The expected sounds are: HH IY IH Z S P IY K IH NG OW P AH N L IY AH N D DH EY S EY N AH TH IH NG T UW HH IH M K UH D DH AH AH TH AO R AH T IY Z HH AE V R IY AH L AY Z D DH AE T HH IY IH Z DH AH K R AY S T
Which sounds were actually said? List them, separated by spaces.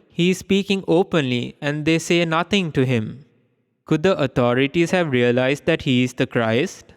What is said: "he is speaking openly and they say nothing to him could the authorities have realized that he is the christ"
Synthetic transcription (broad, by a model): HH IY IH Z S P IY K IH NG OW P AH N L IY AH N D EY S EY N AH T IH NG T UW HH IH M K UH D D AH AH T AO R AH T IY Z HH AE V R IY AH L AY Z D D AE T HH IY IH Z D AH K R AY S T